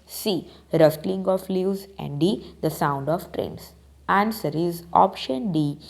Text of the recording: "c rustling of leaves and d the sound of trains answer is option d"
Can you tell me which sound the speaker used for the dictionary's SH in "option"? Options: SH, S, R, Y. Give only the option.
SH